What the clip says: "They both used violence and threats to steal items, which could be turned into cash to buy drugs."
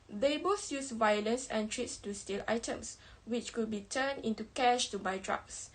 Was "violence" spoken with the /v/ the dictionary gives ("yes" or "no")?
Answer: yes